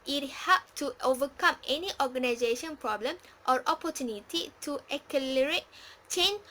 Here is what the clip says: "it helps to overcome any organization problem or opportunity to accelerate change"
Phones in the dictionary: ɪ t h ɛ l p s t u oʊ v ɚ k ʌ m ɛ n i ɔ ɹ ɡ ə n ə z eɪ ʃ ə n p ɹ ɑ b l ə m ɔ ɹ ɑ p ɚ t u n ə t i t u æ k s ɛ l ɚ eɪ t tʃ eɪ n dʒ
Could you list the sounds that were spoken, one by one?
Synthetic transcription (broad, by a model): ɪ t h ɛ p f t u oʊ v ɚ k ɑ m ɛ n i ɔ ɡ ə n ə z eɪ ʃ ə n p ɹ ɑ b l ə m ɔ ɹ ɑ p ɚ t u n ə t i t u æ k ɛ l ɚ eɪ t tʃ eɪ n